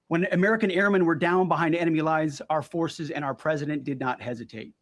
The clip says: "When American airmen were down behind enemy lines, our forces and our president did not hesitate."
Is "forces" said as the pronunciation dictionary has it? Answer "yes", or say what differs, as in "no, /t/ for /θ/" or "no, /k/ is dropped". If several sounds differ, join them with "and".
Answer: yes